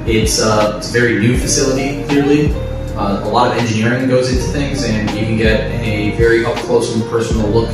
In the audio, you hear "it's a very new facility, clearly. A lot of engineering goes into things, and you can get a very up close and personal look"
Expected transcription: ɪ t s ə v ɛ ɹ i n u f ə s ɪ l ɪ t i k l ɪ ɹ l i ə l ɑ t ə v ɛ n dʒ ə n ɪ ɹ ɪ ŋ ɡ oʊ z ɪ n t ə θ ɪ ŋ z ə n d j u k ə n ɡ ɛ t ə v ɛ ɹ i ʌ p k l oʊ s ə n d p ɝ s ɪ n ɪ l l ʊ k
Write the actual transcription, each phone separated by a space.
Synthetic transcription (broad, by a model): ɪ t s ə v ɛ ɹ i n u f ə s ɪ l ɪ t i k l ɪ ɹ l i ə l ɑ t ə v ɛ n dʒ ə n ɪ ɹ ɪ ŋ ɡ oʊ z ɪ n t ə θ ɪ ŋ z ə n j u k ə n ɡ ɛ t ə v ɛ ɹ i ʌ f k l oʊ ə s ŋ p ɝ s n l l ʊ k